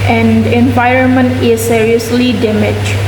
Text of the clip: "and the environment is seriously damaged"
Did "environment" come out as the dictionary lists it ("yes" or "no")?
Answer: yes